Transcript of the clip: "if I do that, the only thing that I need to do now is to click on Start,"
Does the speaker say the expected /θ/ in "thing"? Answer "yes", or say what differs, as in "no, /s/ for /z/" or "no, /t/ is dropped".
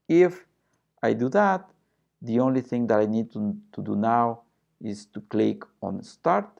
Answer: yes